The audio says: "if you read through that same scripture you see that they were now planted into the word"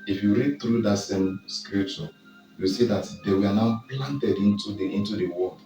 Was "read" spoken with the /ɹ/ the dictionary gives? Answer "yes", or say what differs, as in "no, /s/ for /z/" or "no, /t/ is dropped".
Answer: yes